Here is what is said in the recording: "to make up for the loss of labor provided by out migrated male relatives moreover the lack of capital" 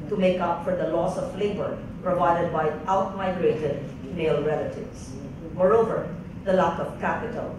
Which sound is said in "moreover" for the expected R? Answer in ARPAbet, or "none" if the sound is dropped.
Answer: R